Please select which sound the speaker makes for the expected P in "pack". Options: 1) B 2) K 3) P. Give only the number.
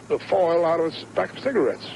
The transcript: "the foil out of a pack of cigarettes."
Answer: 1